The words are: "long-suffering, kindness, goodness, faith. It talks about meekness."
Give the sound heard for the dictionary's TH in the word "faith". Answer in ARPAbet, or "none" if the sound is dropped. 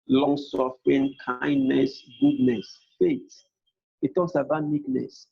T